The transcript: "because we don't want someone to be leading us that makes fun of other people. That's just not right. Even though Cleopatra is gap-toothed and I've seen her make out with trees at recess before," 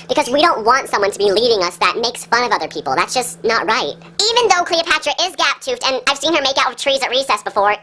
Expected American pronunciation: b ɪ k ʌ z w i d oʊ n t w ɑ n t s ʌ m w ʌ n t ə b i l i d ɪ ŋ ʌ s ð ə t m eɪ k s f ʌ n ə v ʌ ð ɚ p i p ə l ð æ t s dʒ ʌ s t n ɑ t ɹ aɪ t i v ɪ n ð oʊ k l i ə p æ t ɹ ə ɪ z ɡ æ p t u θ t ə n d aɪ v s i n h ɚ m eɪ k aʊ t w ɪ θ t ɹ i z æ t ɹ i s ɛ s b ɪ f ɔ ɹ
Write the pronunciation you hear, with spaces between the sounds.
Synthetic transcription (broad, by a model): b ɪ k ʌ z w i d oʊ n t w ɑ n t s ʌ m w ʌ n t ə b i l i d ɪ ŋ ʌ s ð ə t m eɪ k s f ʌ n ə v ʌ ð ɚ p i p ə l ð æ t s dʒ ʌ s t n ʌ t ɹ aɪ t i v ɪ n ð oʊ k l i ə p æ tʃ ɹ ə ɪ z ɡ æ p t u f t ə n aɪ v s i n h ɚ m eɪ k aʊ t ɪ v t ɹ i z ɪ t ɹ i s ɛ s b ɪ f ɔ ɹ